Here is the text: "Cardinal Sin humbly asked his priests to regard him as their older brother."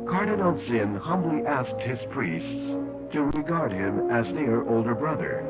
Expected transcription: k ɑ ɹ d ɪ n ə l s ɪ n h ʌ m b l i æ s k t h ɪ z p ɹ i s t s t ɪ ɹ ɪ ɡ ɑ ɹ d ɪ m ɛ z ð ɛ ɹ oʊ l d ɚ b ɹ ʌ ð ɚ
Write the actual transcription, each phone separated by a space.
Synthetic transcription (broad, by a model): k ɑ ɹ d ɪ n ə l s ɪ n h ʌ m b l i æ s k t h ɪ z p ɹ i s t s t ɪ ɹ ɪ ɡ ɑ ɹ d ɪ m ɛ z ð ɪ ɹ oʊ l d ɚ b ɹ ʌ ð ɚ